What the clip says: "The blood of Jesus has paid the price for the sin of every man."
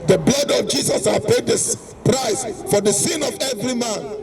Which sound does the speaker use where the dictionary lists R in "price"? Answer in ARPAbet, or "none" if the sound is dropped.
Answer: R